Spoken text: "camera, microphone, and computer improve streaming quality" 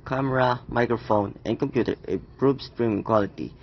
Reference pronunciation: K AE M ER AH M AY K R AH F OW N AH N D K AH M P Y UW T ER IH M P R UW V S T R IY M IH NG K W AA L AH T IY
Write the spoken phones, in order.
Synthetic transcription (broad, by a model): K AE M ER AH M AY K R AH F OW N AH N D K AH M P Y UW T ER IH P R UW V S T R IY M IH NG K W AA L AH T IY